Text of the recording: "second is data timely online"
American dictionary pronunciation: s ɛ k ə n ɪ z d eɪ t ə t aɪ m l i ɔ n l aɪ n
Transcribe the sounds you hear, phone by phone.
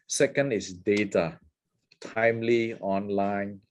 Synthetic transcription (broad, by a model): s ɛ k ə n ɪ s d eɪ t ə t aɪ m l i ɔ n l aɪ n